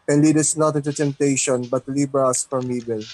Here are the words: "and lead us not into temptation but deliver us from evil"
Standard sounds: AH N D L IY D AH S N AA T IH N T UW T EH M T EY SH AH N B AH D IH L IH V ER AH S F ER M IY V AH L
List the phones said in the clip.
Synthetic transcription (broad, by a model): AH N L IY D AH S N AA T IH N T UW T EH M T EY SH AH N B AH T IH L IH B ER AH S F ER M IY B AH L